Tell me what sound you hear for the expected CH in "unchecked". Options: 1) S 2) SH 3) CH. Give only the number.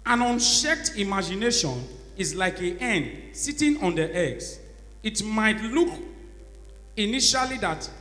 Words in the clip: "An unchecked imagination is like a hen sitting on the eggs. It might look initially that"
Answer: 2